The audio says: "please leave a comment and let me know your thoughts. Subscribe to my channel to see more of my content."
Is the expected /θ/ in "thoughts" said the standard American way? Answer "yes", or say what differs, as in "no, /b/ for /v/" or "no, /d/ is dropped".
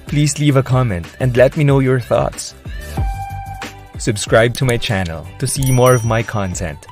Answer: yes